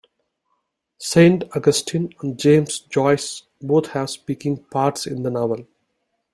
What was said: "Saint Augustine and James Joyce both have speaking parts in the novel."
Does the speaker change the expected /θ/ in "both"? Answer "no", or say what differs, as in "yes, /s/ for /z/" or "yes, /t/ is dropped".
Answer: yes, /t/ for /θ/